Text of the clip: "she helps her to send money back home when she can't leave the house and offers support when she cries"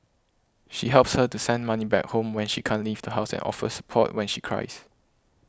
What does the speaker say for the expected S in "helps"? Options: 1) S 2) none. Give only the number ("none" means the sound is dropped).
1